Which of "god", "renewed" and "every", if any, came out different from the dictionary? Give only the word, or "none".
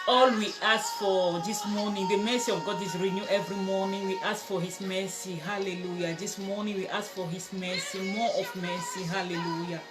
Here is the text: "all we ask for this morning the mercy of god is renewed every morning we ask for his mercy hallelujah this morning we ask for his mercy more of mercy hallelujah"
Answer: renewed